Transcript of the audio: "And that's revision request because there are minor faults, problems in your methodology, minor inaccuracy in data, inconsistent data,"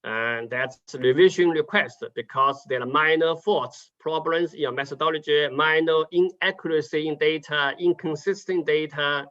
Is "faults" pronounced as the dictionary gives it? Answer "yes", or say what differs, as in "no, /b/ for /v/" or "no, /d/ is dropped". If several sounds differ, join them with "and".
no, /l/ is dropped